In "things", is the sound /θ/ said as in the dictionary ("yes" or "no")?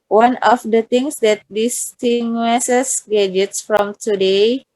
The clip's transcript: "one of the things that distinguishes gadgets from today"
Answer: no